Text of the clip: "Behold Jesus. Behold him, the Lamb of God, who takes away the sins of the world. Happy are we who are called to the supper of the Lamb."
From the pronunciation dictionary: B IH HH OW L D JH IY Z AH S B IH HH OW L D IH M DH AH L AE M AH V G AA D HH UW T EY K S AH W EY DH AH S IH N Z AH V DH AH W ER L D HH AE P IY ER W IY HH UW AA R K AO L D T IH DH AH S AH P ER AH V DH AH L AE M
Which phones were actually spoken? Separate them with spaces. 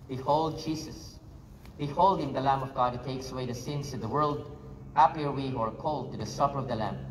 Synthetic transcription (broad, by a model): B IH HH OW L D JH IY S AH S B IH HH OW L D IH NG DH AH L AE M AH V G AA D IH T EY K S AH W EY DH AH S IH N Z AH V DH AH W ER L D HH AE P IY ER W IY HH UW AA R K AO L D T IH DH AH S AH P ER AH V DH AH L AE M